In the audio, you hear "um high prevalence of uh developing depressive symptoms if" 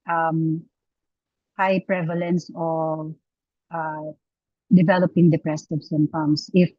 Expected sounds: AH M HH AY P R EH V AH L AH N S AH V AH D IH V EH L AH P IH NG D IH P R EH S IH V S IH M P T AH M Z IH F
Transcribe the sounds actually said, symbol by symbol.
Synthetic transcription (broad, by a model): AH M HH AY P R EH V AH L AH N S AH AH D IH V EH L AH P IH NG D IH P R EH S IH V S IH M T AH M S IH F